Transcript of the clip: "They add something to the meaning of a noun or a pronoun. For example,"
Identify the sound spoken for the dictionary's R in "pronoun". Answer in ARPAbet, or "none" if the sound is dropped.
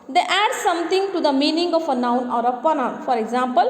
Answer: none